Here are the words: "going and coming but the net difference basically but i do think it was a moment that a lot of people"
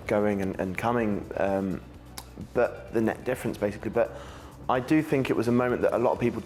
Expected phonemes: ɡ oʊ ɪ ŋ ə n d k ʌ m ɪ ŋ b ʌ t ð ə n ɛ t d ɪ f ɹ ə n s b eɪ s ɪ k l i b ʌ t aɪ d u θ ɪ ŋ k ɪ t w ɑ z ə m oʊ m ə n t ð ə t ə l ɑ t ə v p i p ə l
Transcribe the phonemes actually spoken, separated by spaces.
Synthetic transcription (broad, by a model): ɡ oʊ ɪ ŋ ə n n k ʌ m ɪ ŋ b ʌ t ð ə n ɛ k d ɪ f ɹ ə n s b eɪ s ɪ k l i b ʌ t aɪ d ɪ θ ɪ ŋ k ɪ t w ɑ z ə m oʊ m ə n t ð ə t ə l ɑ t ə v p i p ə l